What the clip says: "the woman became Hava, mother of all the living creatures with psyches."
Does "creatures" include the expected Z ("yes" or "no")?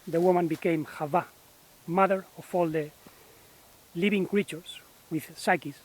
no